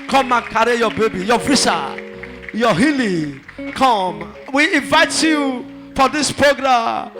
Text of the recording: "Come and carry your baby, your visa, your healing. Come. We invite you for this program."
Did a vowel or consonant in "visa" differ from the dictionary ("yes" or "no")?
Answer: yes